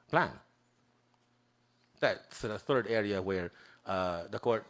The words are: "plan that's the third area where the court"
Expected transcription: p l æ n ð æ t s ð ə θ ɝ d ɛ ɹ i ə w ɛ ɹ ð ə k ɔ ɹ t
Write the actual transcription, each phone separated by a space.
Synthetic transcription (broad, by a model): p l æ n ð æ t s ð ə θ ɝ d ɛ ɹ i ə w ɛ ɹ ð ə k ɔ ɹ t